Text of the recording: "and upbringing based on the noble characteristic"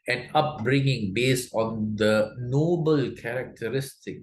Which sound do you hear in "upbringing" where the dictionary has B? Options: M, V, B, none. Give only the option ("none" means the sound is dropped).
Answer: B